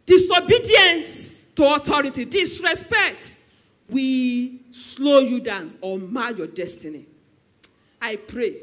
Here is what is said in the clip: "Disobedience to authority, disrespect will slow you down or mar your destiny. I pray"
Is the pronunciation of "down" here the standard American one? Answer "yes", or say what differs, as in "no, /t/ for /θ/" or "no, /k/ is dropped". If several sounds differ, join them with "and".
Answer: yes